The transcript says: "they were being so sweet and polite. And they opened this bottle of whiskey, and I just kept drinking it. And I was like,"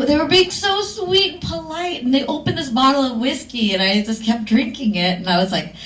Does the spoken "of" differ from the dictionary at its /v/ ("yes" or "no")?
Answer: no